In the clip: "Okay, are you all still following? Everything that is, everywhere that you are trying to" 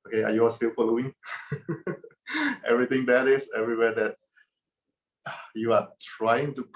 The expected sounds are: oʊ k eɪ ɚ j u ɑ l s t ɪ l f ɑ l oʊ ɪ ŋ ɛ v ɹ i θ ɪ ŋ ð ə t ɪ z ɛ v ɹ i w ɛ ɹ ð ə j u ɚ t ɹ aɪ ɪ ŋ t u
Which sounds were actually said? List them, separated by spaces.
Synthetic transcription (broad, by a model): oʊ k eɪ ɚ j u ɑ s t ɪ l f ɑ l oʊ ɪ ŋ ɛ v ɹ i t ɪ ŋ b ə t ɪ s ɛ v ɹ i w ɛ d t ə j u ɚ t ɹ aɪ ɪ ŋ t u